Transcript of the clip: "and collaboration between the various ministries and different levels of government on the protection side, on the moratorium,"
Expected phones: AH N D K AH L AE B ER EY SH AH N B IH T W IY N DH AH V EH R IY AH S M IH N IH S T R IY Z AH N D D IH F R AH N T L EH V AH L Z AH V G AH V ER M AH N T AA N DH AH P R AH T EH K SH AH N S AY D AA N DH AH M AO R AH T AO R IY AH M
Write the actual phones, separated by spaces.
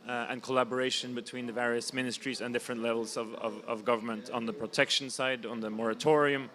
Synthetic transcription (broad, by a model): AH N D K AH L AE B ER EY SH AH N B IH T W IY N DH AH V EH R IY AH S M IH N IH S T R IY Z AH N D D IH F R AH N T L EH V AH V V AH V G AH V ER M AH N T N DH AH P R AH T EH K SH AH N S AY D N DH AH M AO R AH T AO R IY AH M